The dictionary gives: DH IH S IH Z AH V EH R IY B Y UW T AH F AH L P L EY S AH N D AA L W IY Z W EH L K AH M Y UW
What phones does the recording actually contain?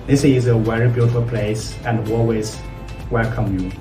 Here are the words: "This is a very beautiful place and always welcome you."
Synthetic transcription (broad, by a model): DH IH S IH Z AH W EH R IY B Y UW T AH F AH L P L EY S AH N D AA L W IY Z W EH L K AH M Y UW